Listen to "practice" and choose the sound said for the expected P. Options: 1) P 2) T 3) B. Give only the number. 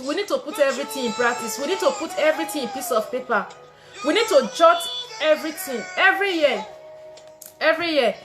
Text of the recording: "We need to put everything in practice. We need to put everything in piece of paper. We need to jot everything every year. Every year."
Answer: 3